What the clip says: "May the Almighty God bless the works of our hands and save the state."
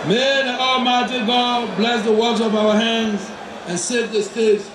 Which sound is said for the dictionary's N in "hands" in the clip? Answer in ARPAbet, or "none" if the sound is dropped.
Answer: N